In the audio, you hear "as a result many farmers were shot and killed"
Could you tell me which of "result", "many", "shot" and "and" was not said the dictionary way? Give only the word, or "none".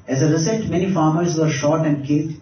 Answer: result